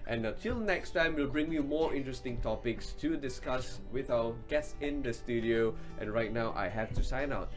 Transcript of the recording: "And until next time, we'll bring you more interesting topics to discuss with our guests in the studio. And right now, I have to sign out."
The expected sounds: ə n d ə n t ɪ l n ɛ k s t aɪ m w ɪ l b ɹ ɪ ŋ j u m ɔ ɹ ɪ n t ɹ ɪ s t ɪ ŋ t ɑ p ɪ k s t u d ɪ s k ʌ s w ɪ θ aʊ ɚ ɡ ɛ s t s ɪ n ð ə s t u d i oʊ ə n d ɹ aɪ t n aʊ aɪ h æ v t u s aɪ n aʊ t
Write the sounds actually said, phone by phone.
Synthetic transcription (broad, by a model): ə n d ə t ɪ l n ɛ k s t aɪ m w ɪ l b ɹ ɪ ŋ j u m ɔ ɹ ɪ n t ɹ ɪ s t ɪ ŋ t ɑ p ɪ k s t u d ɪ s k ʌ s w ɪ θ aʊ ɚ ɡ ɛ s s ɪ n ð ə s t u d i oʊ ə n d ɹ aɪ t n aʊ aɪ h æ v t u s aɪ n aʊ t